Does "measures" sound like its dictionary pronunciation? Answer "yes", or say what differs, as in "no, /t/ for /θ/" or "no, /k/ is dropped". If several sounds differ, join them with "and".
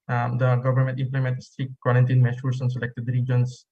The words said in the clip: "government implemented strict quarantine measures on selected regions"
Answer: no, /ʃ/ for /ʒ/ and /s/ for /z/